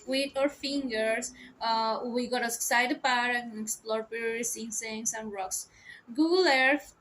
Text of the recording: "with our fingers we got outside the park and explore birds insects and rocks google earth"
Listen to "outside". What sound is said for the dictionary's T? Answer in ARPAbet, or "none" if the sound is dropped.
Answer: S